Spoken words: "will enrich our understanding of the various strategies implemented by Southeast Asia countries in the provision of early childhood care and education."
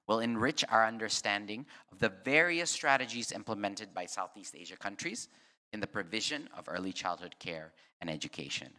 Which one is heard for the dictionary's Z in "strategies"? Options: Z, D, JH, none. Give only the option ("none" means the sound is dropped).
Z